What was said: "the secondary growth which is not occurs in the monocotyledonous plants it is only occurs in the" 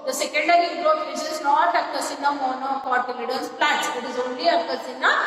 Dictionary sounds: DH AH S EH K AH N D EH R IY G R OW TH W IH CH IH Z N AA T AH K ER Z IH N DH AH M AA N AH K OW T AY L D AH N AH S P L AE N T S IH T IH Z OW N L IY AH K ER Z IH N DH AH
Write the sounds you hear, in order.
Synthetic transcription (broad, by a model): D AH S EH K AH N D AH R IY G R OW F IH S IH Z N AA T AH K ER S IH N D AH M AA N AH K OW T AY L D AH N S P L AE T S IH T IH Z OW N L IY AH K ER S IH N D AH